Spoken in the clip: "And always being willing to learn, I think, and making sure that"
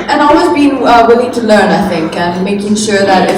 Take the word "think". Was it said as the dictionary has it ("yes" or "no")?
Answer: yes